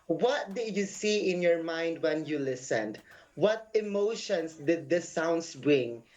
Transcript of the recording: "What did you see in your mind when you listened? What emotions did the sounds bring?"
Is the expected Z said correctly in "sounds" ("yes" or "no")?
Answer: no